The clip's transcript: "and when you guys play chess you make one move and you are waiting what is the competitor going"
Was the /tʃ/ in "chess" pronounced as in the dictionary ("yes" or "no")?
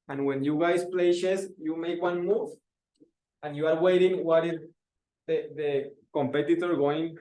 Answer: no